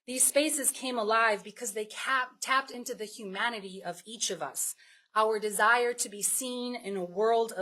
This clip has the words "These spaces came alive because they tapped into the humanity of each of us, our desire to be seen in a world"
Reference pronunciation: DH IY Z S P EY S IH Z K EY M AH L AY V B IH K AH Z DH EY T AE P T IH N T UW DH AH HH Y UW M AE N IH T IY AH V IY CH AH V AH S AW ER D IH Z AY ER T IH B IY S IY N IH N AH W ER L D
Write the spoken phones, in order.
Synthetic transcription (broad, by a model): DH IY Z S P EY S IH Z K EY M AH L AY V B IH K AH Z DH EY T AE P T IH N T UW DH AH HH Y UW M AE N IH T IY AH V IY CH AH V AH S AW ER D IH Z AY ER T IH B IY S IY N IH N AH W ER L D